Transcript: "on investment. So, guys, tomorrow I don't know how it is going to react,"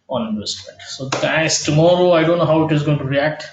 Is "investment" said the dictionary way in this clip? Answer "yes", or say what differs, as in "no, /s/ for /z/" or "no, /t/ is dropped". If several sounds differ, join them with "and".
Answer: no, /v/ is dropped